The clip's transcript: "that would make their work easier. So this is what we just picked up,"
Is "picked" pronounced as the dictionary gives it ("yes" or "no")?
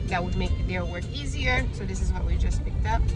yes